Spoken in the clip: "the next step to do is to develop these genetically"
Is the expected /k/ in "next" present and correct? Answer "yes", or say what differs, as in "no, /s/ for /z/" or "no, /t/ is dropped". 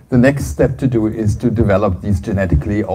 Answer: yes